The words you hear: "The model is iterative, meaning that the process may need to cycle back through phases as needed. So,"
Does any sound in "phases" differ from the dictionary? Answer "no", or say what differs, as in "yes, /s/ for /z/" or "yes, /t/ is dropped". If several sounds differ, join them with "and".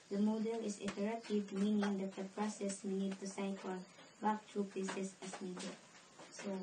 yes, /p/ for /f/ and /s/ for /z/ and /s/ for /z/